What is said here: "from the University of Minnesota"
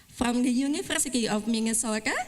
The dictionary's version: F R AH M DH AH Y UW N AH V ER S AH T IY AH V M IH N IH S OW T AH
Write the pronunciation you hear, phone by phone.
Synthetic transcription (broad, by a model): F R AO M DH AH Y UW N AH F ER S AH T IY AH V M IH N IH S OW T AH